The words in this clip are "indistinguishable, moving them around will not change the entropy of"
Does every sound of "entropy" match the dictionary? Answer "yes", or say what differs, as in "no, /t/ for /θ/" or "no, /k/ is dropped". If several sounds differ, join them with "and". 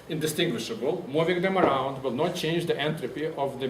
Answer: yes